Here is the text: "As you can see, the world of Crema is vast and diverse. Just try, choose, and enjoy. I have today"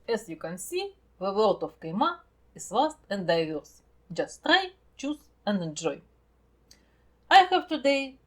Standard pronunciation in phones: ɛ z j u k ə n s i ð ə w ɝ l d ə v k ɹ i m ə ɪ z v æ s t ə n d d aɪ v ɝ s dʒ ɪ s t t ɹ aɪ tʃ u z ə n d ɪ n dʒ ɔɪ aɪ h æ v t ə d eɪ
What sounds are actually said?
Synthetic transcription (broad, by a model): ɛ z j u k ə n s i ð ə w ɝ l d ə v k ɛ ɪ m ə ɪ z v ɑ s t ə n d d aɪ v ɝ s dʒ ɪ s t t ɹ aɪ tʃ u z ə n d ɪ n dʒ ɔɪ aɪ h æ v t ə d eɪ